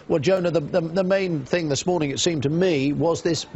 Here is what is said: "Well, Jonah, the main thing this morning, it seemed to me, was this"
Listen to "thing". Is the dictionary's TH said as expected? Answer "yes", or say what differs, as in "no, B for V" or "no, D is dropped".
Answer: yes